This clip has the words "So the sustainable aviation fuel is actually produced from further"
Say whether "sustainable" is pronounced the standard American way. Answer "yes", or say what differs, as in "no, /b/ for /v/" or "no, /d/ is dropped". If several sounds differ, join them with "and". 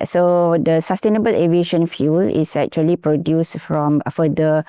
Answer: yes